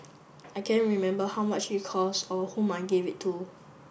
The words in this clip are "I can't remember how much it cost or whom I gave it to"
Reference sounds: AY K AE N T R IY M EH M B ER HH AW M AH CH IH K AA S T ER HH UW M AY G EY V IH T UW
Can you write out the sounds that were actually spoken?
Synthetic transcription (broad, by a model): AY K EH N R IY M EH M B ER HH AW M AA CH IH K AA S AO HH UW M AY G EY V IH T UW